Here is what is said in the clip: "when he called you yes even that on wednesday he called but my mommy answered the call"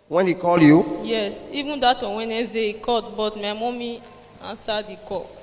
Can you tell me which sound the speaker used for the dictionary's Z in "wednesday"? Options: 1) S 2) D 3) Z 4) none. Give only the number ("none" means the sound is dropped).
1